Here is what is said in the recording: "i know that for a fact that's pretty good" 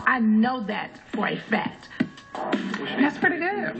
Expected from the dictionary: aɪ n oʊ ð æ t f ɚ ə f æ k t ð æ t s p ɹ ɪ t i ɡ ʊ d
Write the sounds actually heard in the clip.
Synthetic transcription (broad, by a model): aɪ n oʊ ð æ t f ɚ ə f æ t ð æ t s p ɹ ɪ t i ɡ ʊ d